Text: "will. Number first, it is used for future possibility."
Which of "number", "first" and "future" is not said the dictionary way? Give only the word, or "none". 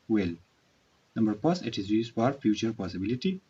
first